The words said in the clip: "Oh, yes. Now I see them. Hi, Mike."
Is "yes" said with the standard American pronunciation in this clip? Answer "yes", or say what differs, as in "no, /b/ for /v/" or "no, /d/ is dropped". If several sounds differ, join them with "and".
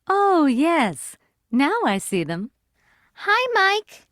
yes